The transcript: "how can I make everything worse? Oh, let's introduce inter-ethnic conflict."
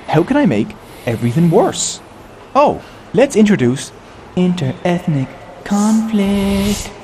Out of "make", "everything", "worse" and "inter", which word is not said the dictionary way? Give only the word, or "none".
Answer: none